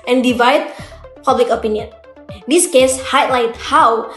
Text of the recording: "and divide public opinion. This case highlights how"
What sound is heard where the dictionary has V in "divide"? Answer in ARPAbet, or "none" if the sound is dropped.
V